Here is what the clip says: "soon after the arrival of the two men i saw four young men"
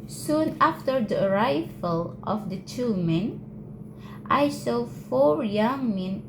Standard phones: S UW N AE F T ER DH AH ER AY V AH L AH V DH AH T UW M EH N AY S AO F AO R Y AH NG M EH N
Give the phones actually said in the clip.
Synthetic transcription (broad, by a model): S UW N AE F T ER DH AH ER AY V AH L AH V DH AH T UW M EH N AY S AO F AO R Y AH NG M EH N